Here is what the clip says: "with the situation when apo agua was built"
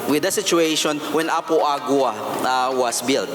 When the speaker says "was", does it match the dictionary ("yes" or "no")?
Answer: no